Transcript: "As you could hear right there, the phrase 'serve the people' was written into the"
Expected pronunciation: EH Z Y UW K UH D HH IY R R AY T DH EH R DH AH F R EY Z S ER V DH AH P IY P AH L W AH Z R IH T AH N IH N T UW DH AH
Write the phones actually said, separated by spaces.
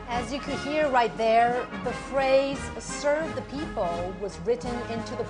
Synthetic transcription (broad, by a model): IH Z Y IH K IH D HH IY R R AY T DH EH R DH AH F R EY Z S ER V DH AH P IY P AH L W AH Z R IH T N IH N T UW DH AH